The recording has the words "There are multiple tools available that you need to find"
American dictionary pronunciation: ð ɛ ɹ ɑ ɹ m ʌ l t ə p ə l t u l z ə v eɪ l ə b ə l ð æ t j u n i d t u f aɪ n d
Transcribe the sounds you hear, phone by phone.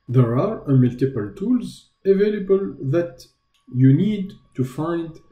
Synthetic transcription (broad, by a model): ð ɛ ɹ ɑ ɹ m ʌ l t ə p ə l t u l z ə v eɪ l ə b ə l ð æ t j u n i d t u f aɪ n d